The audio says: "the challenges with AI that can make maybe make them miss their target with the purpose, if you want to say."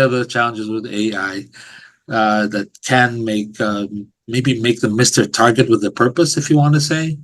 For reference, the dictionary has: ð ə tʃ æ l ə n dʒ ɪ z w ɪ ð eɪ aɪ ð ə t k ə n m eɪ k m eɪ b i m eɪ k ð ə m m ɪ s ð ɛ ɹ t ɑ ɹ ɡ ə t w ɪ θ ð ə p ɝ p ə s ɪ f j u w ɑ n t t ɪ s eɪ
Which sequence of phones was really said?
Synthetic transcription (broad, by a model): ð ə tʃ æ l ə n dʒ ɪ z w ɪ ð eɪ aɪ ð ə t k ə n m eɪ k m eɪ b i m eɪ k ð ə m m ɪ s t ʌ ɹ t ɑ ɹ ɡ ə t w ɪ ð ə p ɝ p ə s ɪ f j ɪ w ɑ n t t ɪ s eɪ